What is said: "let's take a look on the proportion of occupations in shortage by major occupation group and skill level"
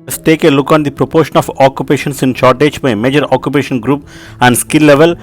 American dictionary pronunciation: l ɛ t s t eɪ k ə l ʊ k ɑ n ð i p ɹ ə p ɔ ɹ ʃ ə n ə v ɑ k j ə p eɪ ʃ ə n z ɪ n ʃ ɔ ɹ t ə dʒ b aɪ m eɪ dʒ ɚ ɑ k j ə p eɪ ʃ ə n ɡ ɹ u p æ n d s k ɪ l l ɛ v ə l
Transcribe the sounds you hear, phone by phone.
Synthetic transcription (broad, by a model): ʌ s t eɪ k ə l ʊ k ɑ n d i p ɹ ə p ɔ ɹ ʃ ə n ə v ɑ k j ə p eɪ ʃ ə n s ɪ n ʃ ɔ ɹ t ə dʒ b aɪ m eɪ dʒ ɚ ɑ k j ə p eɪ ʃ ə n ɡ ɹ u p æ n d s k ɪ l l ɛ v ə l